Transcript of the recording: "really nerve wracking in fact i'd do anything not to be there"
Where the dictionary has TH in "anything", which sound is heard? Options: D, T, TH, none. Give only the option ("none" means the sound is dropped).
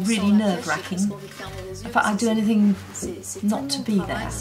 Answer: TH